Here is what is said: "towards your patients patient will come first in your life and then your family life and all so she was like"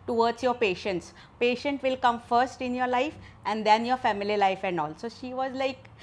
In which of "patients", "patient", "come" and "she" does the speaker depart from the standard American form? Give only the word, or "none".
none